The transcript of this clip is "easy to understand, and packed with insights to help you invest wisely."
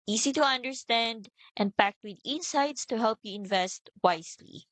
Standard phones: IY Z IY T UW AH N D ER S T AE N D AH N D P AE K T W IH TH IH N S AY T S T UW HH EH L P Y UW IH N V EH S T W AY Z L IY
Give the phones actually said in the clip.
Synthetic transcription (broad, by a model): IY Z IY T UW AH N D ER S T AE N D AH N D P AE K T W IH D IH N S AY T S T UW HH EH L P Y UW IH N V EH S T W AY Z L IY